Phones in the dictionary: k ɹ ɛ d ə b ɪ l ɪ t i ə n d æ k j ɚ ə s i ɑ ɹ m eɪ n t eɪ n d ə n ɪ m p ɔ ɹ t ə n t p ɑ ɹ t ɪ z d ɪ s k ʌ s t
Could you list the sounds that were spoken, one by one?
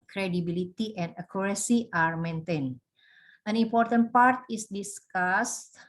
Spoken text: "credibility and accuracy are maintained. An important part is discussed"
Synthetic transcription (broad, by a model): k ɹ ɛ d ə b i l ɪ t i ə n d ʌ k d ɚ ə s i ɑ ɹ m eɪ n t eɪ n ə n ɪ m p ɔ ɹ t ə n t p ɑ ɹ t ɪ s d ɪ s k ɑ s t